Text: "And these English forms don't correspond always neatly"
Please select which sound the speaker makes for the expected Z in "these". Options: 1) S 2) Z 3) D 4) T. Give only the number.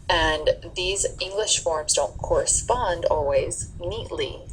2